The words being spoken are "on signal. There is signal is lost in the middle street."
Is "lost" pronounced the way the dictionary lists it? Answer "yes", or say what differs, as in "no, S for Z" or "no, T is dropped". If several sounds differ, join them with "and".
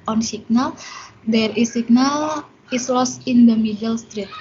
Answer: no, T is dropped